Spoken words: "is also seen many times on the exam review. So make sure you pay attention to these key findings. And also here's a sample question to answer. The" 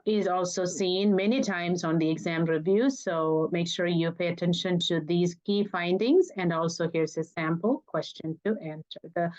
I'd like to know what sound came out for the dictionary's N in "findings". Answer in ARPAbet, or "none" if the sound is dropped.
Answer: N